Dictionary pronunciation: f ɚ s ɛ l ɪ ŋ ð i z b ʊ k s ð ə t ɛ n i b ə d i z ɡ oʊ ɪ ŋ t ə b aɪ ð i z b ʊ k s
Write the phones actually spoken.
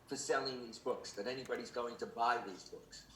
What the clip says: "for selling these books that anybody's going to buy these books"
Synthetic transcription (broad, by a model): f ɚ s ɛ l ɪ ŋ ð i z b ʊ k s ð ə t ɛ n i b ə d i z ɡ oʊ ɪ ŋ t ə b aɪ ð i z b ʊ k s